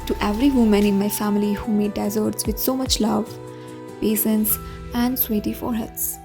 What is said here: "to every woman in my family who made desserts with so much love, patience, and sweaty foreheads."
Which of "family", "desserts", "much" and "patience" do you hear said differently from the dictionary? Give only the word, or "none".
patience